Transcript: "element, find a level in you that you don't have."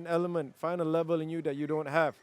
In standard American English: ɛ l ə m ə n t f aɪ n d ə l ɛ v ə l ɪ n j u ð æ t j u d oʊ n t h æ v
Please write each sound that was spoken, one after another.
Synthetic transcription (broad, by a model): ɛ l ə m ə n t f aɪ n ə l ɛ v ə l ɪ n j u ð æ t j u d oʊ n t h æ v